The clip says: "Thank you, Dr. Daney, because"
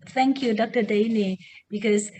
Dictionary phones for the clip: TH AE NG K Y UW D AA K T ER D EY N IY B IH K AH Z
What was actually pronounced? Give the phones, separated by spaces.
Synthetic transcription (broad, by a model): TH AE NG K Y UW D AA K T ER D EY N IY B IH K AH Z